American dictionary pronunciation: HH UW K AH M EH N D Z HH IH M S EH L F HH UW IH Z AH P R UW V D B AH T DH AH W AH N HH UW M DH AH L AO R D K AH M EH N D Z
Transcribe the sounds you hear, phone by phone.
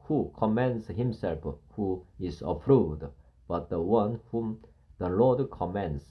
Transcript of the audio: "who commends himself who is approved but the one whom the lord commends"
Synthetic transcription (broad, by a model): HH UW K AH M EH N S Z HH IH M S EH L F HH UW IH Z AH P R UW D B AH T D AH W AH N HH UW M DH AH L AO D K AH M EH N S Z